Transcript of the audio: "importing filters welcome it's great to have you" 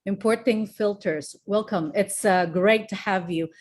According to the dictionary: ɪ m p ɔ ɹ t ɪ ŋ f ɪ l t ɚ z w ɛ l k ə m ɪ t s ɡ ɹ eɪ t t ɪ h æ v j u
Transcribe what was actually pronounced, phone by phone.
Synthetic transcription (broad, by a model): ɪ m p ɔ ɹ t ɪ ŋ f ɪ l t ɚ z w ɛ l k ə m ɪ t s ɡ ɹ eɪ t t ɪ h æ v j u